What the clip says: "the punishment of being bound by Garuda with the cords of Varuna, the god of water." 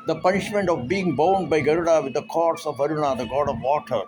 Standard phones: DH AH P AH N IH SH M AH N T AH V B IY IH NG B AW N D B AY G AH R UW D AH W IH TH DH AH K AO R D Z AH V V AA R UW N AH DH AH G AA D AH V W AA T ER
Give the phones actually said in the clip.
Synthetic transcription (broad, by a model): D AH P AH N IH SH M AH N T AH V B IY IH NG B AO N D B AY G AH R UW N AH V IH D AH K AO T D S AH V V AA R UW N AH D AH G AA D AH V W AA T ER